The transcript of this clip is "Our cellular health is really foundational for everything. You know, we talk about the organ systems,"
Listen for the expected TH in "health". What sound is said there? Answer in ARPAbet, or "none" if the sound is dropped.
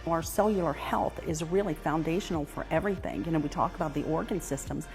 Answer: TH